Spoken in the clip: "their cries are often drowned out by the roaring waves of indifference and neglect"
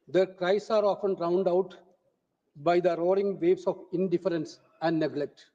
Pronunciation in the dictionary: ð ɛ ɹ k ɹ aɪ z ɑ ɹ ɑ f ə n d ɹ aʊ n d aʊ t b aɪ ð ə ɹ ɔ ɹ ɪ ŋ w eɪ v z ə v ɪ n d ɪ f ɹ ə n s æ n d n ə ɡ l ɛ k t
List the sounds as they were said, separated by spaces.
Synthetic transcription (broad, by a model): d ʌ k ɹ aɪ s ɑ ɹ ɑ f ə n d ɹ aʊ n d aʊ t b aɪ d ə ɹ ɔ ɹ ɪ ŋ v eɪ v s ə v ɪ n d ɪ f ɹ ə n s æ n d n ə ɡ l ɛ k t